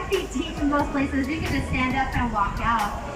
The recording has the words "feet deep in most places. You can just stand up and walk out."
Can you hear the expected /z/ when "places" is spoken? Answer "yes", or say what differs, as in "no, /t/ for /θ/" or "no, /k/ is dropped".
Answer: yes